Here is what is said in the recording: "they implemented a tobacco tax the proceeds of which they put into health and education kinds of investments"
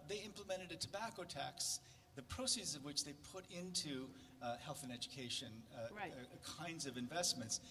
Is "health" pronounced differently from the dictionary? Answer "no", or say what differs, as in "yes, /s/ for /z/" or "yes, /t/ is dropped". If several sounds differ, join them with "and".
no